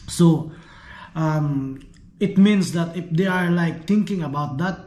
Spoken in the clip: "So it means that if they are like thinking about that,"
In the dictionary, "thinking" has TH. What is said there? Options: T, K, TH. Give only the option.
T